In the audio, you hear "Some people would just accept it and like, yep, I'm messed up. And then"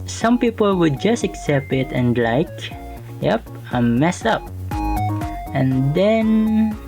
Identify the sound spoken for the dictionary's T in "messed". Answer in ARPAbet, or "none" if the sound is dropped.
none